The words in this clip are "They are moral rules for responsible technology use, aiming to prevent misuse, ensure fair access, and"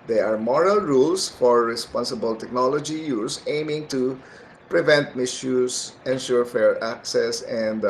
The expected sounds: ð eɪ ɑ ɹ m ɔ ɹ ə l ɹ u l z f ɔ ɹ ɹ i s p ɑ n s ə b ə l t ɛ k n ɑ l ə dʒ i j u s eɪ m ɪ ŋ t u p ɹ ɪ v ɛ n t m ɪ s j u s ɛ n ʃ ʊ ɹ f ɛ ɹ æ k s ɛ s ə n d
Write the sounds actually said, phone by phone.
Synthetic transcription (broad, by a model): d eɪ ɑ ɹ m ɔ ɹ ə l ɹ u l s f ɔ ɹ ɹ i s p ɑ n s ə b ə l t ɛ k n ɑ l ə dʒ i j u s eɪ m ɪ ŋ t u p ɹ ɪ v ɛ n t m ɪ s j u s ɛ n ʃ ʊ ɹ f ɛ ɹ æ k s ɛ s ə n d